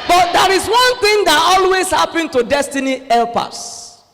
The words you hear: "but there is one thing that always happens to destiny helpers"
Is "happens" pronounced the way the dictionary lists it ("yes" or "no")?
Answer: no